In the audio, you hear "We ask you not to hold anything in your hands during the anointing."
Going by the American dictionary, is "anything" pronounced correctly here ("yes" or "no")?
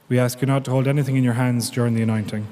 yes